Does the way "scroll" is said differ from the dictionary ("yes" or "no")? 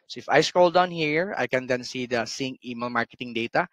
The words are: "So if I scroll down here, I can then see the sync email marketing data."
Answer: yes